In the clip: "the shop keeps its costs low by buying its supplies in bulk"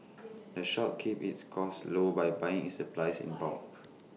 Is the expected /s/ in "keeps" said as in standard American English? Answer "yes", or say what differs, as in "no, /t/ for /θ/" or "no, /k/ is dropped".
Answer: no, /s/ is dropped